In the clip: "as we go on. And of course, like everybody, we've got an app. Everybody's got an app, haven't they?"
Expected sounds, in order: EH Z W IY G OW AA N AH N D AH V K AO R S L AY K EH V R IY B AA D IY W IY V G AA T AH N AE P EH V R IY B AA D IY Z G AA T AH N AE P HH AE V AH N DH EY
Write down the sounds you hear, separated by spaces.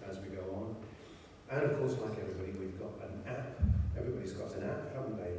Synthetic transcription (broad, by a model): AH Z W IY G OW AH N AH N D AH V K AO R S L AY K EH V R IY B AA D IY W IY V G AA T AH N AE P EH V R IY B AA D IY Z G AA T AH N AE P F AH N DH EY